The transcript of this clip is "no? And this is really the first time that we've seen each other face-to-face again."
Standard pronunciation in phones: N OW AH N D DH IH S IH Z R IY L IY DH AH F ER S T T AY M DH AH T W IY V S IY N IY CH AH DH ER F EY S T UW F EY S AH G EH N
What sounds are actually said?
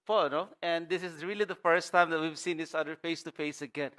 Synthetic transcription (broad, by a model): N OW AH N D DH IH S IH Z R IY L IY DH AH F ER S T T AY M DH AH T W IY V S IY N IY S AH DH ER F EY S T UW F EY S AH G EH N